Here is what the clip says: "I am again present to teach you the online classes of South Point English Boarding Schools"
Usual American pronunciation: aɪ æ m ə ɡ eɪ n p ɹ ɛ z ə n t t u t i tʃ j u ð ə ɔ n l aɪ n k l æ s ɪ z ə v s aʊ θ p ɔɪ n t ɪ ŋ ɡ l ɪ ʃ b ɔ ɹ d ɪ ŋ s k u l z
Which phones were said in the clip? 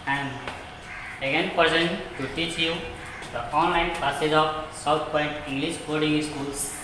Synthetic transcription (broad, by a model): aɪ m ə ɡ eɪ n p ɹ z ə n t t u t i tʃ j u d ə ɔ n l aɪ n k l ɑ s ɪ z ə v s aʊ t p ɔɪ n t ɪ ŋ ɡ l ɪ ʃ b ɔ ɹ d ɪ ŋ s k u l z